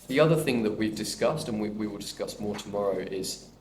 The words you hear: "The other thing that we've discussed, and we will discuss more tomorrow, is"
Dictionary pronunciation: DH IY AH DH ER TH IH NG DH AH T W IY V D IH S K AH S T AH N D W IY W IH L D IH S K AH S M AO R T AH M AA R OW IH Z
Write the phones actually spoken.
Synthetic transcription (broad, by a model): DH IY AH DH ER TH IH NG DH AH T W IY V D IH S K AH S T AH N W W IY W IH L D IH S K AH S M AO T AH M AA R OW IH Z